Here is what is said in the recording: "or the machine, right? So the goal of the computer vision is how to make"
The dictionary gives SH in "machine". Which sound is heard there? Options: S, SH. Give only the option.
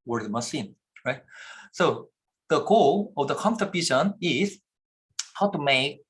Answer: S